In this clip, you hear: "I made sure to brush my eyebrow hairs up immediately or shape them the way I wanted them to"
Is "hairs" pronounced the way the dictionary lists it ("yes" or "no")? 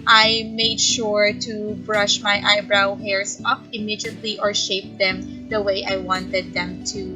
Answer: no